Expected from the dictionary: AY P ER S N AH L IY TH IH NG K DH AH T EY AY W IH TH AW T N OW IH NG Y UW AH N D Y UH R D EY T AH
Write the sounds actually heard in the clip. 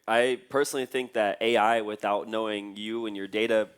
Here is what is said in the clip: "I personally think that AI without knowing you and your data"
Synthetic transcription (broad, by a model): AY P ER S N L IY TH IH NG K DH AH T EY AY W IH TH AW T N OW IH NG Y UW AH N Y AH R D EY T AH